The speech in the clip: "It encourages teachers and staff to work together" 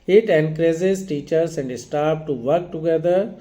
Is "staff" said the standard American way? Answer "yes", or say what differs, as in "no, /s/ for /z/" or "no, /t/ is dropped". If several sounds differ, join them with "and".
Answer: no, /p/ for /f/